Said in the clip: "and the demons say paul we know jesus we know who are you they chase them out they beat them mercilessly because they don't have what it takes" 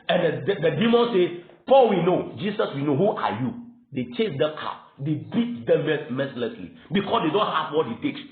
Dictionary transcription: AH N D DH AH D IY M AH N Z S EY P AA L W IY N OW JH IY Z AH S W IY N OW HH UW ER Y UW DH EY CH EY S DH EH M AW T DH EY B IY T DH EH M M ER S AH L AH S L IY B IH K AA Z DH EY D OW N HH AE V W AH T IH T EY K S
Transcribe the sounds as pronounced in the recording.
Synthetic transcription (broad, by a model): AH N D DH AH D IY M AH N S EY P AA L W IY N OW JH IY S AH S W IY N OW HH UW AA Y UW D EY CH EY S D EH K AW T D EY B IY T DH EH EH M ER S L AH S L IY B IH K AA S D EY D OW N HH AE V W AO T IH T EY K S